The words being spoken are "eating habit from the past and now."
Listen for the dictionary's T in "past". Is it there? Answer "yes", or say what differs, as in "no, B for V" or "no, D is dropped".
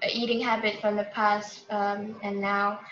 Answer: yes